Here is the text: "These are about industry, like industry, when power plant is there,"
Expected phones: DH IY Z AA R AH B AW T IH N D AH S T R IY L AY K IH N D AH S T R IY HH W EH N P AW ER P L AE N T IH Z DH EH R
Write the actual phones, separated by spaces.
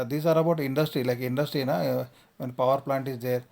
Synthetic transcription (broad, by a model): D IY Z AA R AH B AW T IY N D AH S T R IY L AY K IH N D AH S T R IY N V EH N P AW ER P L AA N T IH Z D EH R